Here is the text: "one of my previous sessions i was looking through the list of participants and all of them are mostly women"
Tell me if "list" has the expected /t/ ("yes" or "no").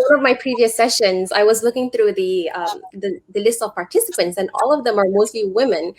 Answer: yes